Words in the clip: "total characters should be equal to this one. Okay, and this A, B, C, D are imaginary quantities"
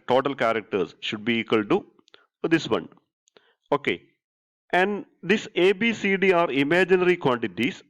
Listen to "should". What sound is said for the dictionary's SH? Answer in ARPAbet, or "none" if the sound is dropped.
SH